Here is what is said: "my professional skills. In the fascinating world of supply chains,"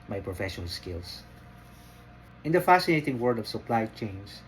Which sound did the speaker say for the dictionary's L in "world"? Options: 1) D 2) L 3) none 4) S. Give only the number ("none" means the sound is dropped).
3